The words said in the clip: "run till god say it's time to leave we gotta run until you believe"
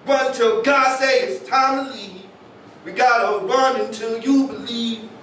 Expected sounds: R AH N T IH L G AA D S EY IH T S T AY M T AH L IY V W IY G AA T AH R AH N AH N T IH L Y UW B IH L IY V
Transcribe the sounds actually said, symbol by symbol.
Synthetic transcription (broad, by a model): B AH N T IH L G AA D S EY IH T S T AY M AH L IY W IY G AA T AH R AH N AH N T IH L Y UW B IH L IY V